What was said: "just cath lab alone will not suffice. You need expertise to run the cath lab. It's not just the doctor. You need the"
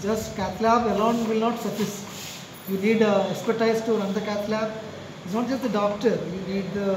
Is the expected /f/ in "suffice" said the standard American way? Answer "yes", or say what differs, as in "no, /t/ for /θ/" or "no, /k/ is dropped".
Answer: no, /f/ is dropped